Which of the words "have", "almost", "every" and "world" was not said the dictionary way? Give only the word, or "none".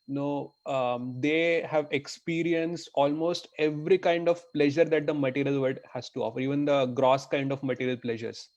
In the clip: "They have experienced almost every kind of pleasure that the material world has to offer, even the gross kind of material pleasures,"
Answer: world